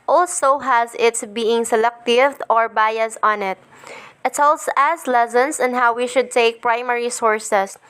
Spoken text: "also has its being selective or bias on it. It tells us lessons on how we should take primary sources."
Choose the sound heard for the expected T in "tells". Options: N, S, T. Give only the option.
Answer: S